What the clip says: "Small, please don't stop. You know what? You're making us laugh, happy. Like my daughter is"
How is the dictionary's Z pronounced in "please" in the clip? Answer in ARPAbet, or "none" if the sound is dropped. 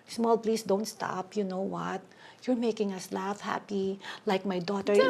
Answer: S